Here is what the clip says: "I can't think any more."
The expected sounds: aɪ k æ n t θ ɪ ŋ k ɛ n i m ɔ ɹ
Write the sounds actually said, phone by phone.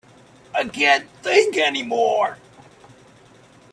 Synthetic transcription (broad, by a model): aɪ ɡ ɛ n θ ɪ ŋ k ɛ n i m ɔ ɹ